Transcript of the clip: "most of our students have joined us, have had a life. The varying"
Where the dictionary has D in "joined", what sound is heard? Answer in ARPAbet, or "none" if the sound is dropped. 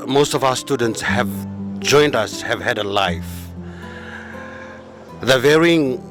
D